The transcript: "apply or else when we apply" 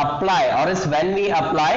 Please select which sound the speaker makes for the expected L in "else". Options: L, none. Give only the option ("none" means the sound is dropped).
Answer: none